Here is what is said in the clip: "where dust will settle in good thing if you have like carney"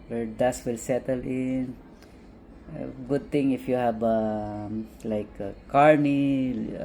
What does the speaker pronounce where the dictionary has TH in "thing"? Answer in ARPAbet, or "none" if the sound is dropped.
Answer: T